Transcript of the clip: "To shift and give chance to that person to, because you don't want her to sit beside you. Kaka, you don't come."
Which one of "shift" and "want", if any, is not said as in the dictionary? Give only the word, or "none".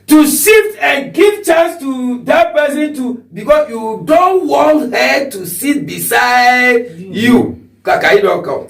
shift